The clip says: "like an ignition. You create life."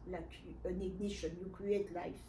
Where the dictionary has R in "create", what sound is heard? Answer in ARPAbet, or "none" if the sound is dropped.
none